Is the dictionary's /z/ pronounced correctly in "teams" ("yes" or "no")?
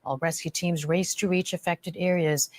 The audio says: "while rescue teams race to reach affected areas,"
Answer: yes